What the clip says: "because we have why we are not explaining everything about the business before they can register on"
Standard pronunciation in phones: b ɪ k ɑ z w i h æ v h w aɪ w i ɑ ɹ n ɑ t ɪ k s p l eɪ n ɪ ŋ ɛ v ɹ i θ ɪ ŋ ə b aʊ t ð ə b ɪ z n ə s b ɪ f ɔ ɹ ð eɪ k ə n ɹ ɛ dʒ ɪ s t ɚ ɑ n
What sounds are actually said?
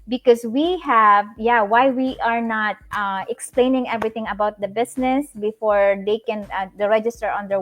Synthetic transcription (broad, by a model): b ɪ k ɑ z w i h æ v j w aɪ w i ɑ ɹ n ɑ t ɪ k s p l eɪ n ɪ ŋ ɛ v ɹ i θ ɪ ŋ ə b aʊ t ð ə b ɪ s n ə s b ɪ f ɔ ɹ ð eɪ k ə n ɹ ɛ dʒ ɪ s t ɚ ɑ n